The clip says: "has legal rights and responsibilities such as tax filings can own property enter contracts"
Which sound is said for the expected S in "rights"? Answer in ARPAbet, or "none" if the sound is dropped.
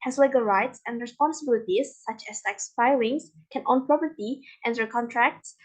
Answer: S